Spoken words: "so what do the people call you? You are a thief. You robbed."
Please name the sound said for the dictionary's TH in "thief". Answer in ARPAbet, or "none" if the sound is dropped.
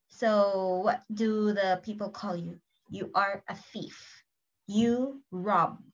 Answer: F